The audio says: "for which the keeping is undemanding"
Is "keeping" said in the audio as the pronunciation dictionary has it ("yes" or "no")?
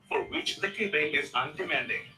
no